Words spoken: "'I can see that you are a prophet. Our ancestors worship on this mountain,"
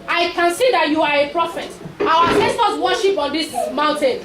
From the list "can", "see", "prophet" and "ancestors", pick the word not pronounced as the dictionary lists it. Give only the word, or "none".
ancestors